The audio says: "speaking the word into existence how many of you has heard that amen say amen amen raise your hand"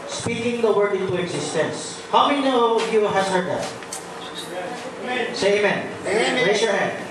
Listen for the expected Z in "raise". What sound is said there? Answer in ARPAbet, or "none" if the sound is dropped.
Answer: S